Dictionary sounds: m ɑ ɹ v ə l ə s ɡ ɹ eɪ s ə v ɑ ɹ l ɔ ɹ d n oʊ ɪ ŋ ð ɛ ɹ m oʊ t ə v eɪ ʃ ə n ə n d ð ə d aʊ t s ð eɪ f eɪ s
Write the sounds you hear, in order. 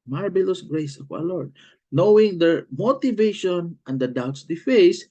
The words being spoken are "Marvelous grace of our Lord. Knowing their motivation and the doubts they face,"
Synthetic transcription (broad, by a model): m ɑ ɹ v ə l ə s ɡ ɹ eɪ s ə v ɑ w l ɔ ɹ d n oʊ ɪ ŋ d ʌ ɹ m oʊ t ə v eɪ ʃ ə n ə n d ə d aʊ t s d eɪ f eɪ s